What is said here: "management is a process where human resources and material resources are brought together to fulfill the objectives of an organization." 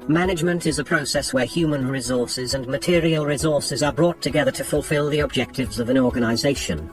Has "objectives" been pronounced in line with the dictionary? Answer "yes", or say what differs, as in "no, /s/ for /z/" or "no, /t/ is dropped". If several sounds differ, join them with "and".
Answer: yes